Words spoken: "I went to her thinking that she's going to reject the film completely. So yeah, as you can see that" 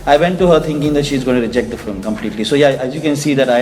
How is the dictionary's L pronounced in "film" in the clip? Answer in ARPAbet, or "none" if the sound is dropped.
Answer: none